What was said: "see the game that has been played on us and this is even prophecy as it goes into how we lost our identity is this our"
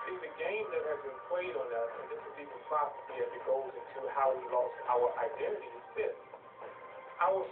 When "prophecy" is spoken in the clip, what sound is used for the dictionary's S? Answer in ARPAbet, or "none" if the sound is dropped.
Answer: none